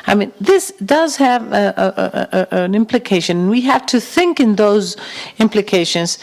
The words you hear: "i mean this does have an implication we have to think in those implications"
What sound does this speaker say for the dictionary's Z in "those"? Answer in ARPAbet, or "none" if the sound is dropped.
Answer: Z